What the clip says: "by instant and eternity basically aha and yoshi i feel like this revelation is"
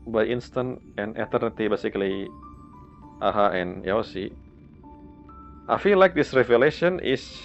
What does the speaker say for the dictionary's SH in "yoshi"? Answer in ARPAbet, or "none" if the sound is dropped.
S